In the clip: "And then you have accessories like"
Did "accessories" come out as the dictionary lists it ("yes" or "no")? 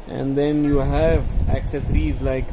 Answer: yes